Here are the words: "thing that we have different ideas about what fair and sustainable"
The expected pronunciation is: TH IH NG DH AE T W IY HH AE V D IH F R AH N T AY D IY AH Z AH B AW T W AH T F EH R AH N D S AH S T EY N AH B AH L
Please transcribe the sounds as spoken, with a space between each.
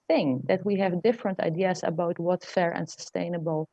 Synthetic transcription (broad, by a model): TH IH NG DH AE T W IY HH AE V D IH F R AH N T AY D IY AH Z AH B AW T W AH T F EH R AH N D S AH S T EY N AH B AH L